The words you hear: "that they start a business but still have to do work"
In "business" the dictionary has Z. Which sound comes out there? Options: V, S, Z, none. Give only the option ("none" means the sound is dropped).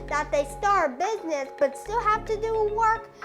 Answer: Z